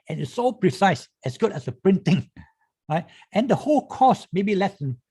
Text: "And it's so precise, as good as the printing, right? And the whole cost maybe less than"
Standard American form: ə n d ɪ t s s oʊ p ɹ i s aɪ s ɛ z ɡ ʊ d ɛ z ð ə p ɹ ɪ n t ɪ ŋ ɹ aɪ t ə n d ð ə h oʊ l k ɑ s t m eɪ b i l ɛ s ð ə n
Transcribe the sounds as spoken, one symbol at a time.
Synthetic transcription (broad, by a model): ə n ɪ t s s oʊ p ɹ i s aɪ s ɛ s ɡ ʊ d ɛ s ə p ɹ ɪ n t ɪ ŋ ɹ aɪ t ə n d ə h oʊ l k ɑ s m eɪ b i l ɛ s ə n